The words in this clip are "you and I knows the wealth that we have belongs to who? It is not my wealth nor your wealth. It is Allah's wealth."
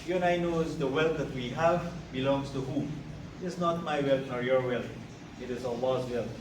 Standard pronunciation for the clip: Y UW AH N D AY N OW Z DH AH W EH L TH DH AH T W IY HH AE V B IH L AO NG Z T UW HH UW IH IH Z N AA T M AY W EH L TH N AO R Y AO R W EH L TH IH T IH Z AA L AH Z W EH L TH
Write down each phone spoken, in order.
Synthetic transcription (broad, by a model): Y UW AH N AY N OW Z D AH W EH L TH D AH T W IY HH AE V B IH L AO NG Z T UW HH UW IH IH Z N AA T M AY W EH L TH N AO R Y AO R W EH L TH IH T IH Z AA L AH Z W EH L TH